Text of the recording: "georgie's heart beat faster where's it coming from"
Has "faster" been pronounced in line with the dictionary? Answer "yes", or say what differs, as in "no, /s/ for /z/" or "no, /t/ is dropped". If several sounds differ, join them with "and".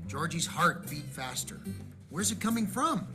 yes